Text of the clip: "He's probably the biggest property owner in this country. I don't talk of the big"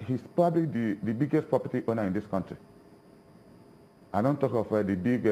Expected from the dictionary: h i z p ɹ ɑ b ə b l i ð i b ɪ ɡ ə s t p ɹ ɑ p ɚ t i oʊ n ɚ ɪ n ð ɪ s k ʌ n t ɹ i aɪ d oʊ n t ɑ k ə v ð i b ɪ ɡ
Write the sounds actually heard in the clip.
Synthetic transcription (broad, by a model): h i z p ɑ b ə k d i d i b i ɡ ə s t p ɹ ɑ p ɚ t i oʊ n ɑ ɪ n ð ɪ s k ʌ n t ɹ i aɪ d oʊ n t ɑ k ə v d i b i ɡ